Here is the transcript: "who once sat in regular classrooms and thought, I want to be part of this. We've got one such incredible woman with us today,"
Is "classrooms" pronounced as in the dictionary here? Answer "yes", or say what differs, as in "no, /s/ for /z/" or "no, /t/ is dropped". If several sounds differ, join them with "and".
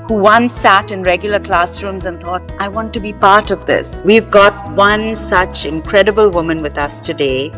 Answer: yes